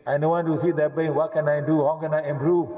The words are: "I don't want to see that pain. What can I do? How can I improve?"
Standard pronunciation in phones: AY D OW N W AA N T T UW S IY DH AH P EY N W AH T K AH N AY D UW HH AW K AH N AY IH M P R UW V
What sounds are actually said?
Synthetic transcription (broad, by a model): AY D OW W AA N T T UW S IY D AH B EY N W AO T K AH N AY D UW HH AW K AH N AY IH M P R UW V